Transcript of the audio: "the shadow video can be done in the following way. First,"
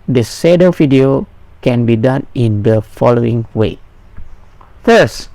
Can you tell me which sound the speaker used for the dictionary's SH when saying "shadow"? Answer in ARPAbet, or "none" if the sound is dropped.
S